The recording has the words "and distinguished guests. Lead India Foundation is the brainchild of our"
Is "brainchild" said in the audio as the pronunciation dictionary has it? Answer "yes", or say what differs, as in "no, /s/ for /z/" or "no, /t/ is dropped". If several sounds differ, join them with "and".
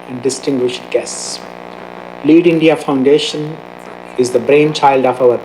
yes